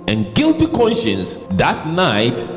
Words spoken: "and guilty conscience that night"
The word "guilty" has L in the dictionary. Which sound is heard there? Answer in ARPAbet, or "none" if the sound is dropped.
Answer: L